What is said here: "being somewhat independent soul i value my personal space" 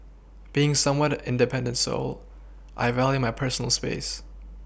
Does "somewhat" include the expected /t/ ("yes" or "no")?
yes